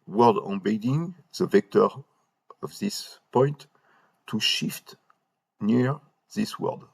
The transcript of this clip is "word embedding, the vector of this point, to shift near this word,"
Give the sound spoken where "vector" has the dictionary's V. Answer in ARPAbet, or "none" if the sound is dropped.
V